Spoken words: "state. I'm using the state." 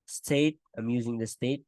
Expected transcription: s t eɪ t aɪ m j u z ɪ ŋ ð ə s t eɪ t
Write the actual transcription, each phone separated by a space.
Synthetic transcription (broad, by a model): s t eɪ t aɪ m j u z ɪ ŋ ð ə s t eɪ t